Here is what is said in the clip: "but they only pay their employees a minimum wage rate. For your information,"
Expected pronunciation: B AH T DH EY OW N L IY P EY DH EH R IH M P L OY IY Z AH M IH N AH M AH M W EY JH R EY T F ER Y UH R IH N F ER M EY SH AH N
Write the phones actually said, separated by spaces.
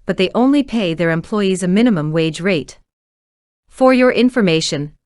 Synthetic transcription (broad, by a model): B AH T DH EY OW N L IY P EY DH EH R IH M P L OY IY Z AH M IH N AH M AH M W EY JH R EY T F ER Y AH R IH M F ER M EY SH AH N